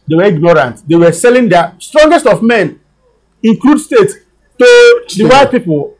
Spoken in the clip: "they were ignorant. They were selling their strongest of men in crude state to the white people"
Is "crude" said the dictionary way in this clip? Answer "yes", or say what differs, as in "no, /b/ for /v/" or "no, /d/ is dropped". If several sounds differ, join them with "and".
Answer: no, /l/ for /ɹ/